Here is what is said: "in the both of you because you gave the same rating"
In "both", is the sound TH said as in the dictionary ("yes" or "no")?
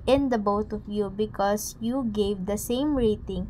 no